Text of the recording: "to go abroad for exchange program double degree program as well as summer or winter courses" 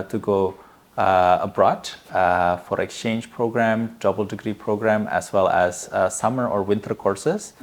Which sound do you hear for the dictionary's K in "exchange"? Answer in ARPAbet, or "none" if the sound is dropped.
K